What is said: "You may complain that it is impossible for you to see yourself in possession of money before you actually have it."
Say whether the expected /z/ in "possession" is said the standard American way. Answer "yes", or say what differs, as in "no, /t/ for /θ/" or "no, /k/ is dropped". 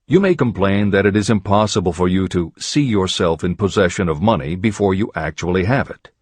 yes